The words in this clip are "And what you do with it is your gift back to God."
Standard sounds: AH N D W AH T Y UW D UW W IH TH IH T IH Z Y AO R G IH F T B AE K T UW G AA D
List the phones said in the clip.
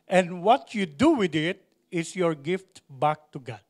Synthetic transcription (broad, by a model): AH N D W AH T Y UW D UW W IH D IH T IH S Y AO R G IH F T B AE K T UW G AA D